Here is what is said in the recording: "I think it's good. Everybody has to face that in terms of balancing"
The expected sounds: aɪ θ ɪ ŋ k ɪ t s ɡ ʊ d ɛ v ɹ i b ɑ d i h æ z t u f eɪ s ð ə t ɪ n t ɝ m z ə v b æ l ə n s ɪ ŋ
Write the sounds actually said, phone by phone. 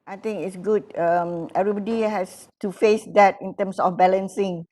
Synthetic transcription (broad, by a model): aɪ t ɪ ŋ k ɪ t s ɡ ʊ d ɛ v ɹ i b ɑ d i h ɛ s t u f eɪ s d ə t ɪ n t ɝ m s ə f b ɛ l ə n s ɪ ŋ